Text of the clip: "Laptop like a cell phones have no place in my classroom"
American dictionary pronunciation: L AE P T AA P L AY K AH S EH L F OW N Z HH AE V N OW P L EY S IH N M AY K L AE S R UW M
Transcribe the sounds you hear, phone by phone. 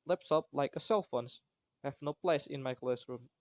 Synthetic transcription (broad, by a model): L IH P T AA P L AY K AH S EH L F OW N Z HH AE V N OW P L EY S IH N M AY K L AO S R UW M